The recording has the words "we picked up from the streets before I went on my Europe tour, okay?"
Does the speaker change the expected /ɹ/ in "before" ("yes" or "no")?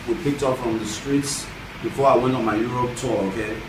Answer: no